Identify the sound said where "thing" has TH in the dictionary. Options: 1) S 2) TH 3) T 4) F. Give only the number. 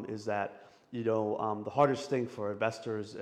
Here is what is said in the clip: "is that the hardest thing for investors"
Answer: 2